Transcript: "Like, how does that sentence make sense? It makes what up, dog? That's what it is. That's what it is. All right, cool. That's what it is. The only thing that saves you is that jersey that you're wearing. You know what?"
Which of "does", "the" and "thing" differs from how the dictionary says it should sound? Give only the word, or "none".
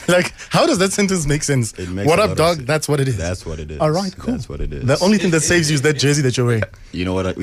none